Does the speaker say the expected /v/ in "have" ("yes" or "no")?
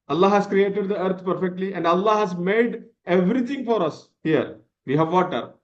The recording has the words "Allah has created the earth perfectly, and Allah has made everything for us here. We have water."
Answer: yes